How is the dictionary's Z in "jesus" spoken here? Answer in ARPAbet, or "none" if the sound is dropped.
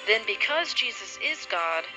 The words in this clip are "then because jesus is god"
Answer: Z